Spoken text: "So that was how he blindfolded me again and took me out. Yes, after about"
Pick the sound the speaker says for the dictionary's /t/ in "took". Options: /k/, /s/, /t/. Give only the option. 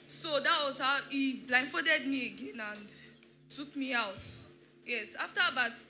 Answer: /s/